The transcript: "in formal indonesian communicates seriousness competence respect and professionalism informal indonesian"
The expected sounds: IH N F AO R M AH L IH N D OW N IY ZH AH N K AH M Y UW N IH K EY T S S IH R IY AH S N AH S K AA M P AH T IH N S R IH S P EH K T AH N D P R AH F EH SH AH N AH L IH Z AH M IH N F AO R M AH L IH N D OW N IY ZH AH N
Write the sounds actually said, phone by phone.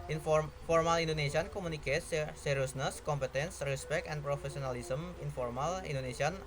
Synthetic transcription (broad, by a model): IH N F AO R M AH L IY N D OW N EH S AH N K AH M UW N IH K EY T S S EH R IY S N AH S K AA M P AH T IH N S R IH S P EH K T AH N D P R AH F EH S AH N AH L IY S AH M IH N F AO R M AH L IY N D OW N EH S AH N